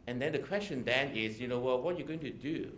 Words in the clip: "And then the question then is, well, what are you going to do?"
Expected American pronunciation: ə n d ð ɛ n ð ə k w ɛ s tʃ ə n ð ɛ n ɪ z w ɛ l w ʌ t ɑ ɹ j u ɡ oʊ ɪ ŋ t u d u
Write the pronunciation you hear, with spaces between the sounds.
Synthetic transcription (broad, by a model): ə n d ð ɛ n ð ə k w ɛ s tʃ ə n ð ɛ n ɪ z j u n w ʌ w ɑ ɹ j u ɡ oʊ ɪ ŋ t u d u